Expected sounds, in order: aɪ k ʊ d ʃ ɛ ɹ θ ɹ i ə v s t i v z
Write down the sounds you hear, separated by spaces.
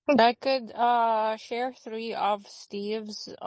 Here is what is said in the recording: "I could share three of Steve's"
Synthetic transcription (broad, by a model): aɪ k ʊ d ʃ ɛ ɹ θ ɹ i ə v s t i v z